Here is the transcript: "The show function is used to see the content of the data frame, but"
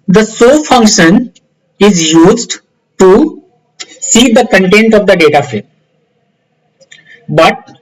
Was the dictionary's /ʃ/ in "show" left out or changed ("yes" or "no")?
yes